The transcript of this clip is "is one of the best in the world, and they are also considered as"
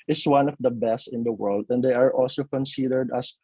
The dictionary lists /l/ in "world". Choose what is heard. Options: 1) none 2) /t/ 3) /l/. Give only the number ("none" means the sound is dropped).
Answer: 3